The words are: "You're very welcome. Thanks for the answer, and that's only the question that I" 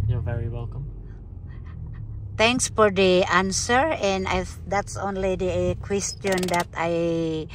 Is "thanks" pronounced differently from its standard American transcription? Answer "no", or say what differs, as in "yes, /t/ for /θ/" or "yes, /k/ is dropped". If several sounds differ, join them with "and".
yes, /t/ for /θ/